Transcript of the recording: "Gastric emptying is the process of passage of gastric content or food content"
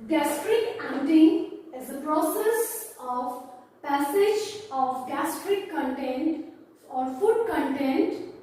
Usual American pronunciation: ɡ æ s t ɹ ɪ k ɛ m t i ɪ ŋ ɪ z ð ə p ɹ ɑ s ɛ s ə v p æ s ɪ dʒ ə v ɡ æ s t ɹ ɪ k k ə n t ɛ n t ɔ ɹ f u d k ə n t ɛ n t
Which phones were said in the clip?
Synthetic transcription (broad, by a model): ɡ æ s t ɹ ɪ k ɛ t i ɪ ŋ ɪ z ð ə p ɹ ɑ s ɛ s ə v p æ s ɪ dʒ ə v ɡ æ s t ɹ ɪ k k ə n t ɛ n t ɔ ɹ f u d k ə n t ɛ n t